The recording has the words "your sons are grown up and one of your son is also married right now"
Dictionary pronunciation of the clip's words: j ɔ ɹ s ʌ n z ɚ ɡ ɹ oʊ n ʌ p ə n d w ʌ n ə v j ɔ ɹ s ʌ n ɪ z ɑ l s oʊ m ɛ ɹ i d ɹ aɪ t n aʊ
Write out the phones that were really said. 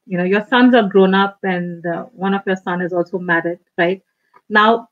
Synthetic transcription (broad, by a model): j ɔ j s ʌ n z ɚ ɡ ɹ oʊ n ʌ p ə n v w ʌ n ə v j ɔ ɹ s ʌ n ɪ z ɑ l s oʊ m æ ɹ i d ɹ aɪ t n aʊ